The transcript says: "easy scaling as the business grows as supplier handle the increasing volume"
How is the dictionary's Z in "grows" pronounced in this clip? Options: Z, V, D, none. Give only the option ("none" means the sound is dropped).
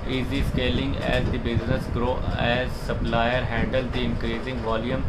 none